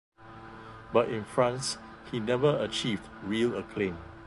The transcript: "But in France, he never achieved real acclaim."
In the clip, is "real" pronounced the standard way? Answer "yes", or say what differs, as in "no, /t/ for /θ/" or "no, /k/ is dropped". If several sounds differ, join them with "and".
yes